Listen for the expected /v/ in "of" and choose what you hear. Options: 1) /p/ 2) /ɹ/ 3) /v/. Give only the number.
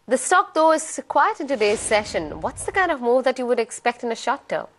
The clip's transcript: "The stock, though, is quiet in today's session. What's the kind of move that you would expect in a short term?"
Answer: 3